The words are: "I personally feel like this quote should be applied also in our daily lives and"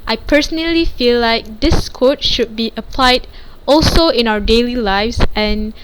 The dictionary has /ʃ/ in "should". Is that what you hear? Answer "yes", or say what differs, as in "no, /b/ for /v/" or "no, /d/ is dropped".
yes